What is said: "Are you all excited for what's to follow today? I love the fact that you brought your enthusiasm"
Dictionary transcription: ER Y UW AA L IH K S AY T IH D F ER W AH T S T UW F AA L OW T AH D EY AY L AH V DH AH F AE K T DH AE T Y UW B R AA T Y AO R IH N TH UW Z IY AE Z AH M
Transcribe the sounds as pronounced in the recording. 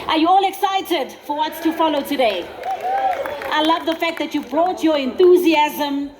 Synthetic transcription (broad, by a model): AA Y UW AA L IH K S AY T IH D F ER W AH T S T UW F AA L OW T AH D EY AY L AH V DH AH F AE K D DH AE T Y UW B R AA T Y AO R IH N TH UW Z IY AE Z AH M